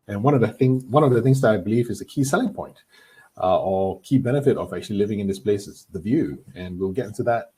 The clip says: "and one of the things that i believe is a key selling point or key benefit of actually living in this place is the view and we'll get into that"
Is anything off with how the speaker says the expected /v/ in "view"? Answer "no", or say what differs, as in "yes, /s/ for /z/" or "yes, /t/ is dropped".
no